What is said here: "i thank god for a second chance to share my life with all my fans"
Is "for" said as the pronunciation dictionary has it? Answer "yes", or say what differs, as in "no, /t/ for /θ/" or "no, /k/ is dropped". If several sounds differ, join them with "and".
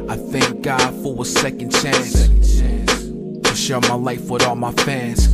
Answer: no, /w/ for /ɹ/